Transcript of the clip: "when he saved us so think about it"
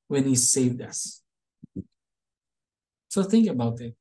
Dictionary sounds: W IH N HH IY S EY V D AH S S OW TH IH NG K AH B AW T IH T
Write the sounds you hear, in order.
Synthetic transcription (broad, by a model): W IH N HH IY S EY V D AH S S OW TH IH NG K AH B AW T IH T